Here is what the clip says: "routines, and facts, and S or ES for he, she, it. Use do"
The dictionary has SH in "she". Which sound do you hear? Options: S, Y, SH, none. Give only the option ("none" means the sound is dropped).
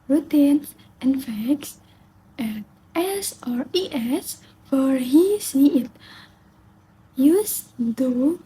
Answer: S